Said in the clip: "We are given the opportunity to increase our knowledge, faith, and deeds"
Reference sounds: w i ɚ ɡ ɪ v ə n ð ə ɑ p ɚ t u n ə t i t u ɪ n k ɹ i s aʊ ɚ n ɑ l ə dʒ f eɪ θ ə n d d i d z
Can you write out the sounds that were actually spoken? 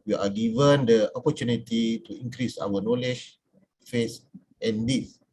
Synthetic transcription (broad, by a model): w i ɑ ɡ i v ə n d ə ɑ p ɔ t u n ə t i t u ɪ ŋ k ɹ i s aʊ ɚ n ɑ l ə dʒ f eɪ s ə n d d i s